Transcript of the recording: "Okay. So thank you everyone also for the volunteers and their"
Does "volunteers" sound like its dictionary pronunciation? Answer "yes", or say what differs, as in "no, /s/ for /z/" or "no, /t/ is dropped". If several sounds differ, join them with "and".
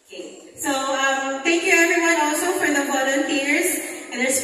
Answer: no, /b/ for /v/